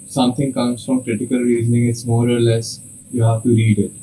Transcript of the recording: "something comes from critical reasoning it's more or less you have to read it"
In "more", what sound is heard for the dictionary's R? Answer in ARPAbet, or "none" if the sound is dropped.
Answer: R